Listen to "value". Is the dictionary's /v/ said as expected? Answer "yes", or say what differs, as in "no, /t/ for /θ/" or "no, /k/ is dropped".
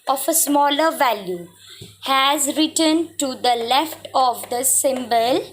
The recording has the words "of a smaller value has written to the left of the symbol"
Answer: yes